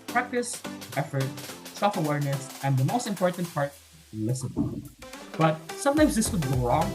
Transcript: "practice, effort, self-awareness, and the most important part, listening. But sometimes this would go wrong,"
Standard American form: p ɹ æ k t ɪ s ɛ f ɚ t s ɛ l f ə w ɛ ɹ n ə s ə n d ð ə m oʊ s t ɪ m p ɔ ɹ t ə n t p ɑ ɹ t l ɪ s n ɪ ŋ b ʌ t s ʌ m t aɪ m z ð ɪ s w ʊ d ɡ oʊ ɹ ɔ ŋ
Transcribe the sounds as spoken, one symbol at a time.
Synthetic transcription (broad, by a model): p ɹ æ k t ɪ s ɛ f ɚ t s ɛ l f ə w ɛ ɹ n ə s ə n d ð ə m oʊ s t ɪ m p ɔ ɹ t ə n t p ɑ ɹ t l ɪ s ɪ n b ʌ t s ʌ m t aɪ m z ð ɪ s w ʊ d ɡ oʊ ɹ ɔ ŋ